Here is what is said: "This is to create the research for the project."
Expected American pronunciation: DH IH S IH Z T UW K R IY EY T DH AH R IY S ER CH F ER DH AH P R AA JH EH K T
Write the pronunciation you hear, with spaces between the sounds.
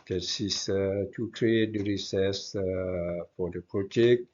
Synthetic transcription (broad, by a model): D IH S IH S T UW K R IY EY T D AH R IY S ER S F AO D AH P R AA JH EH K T